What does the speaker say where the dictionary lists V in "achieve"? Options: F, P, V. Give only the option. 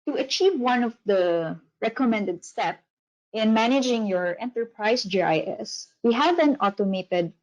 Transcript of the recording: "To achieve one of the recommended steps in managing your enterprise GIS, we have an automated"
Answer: V